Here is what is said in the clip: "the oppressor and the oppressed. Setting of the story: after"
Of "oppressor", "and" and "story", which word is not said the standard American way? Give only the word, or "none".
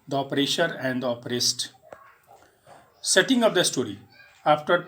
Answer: oppressor